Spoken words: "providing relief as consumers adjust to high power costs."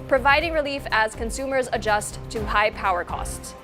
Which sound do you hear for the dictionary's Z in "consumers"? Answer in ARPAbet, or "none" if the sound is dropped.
Z